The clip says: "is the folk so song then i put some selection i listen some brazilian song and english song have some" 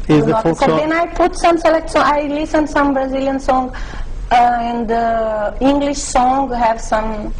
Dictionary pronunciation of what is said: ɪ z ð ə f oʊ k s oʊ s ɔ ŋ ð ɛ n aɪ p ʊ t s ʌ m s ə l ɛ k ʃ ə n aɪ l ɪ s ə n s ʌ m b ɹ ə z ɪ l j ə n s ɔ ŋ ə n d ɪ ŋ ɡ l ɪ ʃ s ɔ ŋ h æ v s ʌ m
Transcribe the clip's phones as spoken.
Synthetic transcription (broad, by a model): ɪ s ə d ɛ n aɪ p ʊ t s ʌ m s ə l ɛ k s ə aɪ l ɪ s ə n s ʌ m b ɹ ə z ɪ l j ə n s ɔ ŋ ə n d ɪ ŋ ɡ l ɪ ʃ s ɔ ŋ h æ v s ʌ m